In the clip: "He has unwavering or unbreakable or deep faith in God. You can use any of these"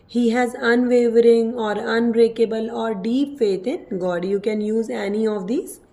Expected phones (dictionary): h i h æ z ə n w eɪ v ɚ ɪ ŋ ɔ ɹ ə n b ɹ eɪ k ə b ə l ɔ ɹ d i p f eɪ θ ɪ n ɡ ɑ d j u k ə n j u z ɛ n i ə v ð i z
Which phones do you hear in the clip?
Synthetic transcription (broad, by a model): h i h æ z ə n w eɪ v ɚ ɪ ŋ ɔ ɹ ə n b ɹ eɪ k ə b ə l ɔ ɹ d i p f eɪ t ɪ n ɡ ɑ d j u k ə n j u z ɛ n i ə v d i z